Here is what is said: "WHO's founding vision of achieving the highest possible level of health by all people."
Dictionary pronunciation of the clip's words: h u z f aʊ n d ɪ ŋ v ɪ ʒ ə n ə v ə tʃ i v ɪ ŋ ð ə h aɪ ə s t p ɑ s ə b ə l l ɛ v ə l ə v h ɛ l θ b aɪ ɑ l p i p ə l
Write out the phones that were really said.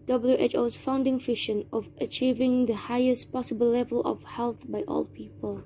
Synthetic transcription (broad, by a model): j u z f aʊ n d ɪ ŋ f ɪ ʃ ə n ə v ə tʃ i v ɪ ŋ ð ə h aɪ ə s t p ɑ s ə b ə l l ɛ v ə l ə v h ɛ l θ b aɪ ɑ l p i p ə l